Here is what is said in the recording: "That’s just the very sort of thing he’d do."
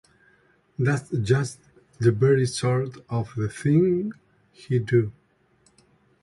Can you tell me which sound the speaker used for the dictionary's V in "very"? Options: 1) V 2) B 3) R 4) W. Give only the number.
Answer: 2